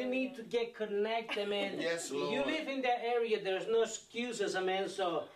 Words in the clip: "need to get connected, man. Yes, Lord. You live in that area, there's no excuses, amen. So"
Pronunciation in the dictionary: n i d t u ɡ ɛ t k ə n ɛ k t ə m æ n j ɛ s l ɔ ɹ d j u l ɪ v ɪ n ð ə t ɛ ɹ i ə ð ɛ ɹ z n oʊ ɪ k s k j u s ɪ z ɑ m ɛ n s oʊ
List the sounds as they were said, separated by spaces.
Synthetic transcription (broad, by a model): n i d t u ɡ ɛ t k ə n ɛ k t ə m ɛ n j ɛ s j u l ɪ v ɪ n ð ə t ɛ ɹ i ə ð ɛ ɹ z n oʊ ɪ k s k j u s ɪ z ɑ m ɛ n s oʊ